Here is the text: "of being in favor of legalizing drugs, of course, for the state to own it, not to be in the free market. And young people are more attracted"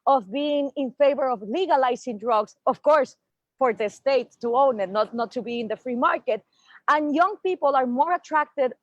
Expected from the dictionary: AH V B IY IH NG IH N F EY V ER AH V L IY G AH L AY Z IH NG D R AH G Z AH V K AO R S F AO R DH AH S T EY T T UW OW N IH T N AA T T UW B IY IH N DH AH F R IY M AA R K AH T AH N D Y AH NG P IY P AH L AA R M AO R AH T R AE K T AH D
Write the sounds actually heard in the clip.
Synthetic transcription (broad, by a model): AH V B IY IH NG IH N F EY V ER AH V L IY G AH L AY S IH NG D R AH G S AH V K AO R S F AO R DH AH S T EY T T UW OW N IH T N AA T T UW B IY IH N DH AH F R IY M AA R K AH T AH N Y AH NG P IY P AH L AA R M AO R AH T R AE K T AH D